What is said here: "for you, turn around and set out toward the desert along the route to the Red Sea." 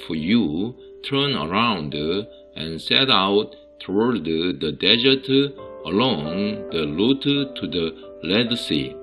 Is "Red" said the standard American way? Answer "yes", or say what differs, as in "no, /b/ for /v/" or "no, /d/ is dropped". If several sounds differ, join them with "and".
no, /l/ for /ɹ/